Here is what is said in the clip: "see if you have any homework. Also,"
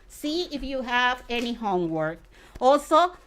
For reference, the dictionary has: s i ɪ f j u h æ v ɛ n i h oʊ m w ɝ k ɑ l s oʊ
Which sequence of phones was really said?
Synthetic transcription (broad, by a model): s i ɪ f j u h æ v ɛ n i h oʊ m w ɝ k ɑ l s oʊ